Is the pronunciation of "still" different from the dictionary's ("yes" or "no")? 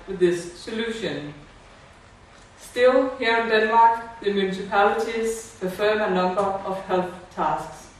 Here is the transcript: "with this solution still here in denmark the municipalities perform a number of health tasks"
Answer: no